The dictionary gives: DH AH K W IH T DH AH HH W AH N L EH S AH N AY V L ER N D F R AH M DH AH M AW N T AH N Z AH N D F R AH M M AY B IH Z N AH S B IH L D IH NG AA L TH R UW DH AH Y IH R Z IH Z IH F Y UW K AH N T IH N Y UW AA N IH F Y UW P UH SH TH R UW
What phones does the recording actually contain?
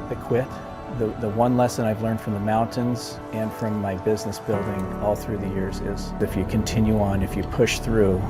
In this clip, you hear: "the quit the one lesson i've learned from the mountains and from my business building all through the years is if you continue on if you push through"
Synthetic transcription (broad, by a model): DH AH K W IH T DH AH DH W AH N L EH S AH N AY V L ER N D F R AH M DH AH M AW N T AH N Z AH N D F R AH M M AY B IH Z N AH S B IH L D IH NG AA L TH R UW DH AH Y IH R Z IH Z IH F Y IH K AH N T IH N Y UW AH N IH F Y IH P UH SH TH R UW